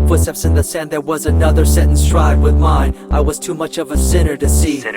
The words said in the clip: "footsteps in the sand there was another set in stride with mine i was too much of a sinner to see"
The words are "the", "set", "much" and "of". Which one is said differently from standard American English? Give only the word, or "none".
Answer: none